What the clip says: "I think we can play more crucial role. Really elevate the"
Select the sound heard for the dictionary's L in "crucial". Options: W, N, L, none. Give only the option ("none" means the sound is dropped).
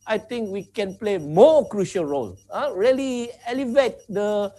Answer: L